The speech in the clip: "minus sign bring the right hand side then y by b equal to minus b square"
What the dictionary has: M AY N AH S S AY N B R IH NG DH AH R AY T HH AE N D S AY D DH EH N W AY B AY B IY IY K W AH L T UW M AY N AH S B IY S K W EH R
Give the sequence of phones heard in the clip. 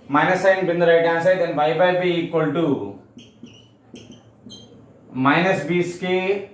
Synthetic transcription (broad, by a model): M AY N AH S S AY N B IH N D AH R AY T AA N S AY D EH N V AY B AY B IY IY K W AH L T UW M AY N AH S B IY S K EH